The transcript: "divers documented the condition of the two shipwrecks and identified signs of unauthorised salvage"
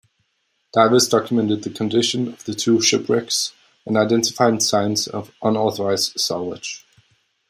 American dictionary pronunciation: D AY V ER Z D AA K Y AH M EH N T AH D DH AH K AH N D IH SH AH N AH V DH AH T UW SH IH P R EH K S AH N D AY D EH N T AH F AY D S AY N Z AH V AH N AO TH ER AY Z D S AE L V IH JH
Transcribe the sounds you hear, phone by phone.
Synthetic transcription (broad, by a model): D AY V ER S D AA K Y AH M EH N T AH D DH AH K AH N D IH SH AH N AH V DH AH T UW SH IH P R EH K S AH N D AY D EH N T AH F AY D S AY N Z AH V AH N AO TH ER AY Z D S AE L W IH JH